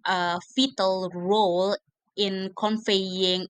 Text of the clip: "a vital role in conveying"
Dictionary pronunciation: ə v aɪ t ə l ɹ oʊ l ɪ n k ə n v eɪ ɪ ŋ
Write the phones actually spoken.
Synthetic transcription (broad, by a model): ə f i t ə l ɹ oʊ l ɪ n k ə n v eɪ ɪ ŋ